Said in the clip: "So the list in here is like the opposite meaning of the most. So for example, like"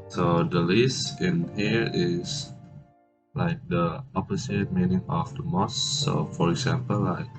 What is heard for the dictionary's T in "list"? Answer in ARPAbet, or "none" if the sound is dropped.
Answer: none